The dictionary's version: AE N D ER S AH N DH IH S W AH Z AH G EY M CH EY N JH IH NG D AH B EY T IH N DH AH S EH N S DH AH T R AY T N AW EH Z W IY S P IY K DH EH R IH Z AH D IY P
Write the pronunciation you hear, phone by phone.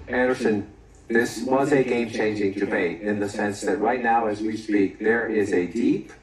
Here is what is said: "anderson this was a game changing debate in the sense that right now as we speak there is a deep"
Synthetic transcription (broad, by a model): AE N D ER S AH N DH IH S W AH Z AH G EY M CH EY N JH IH NG D AH B EY T IH N DH AH S EH N S DH AH T R AY T N AW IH Z W IY S P IY K DH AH R IH Z AH D IY P